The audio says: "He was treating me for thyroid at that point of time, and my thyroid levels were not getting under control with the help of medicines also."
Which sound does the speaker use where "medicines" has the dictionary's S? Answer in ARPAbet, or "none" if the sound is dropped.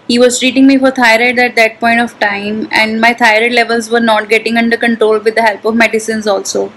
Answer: S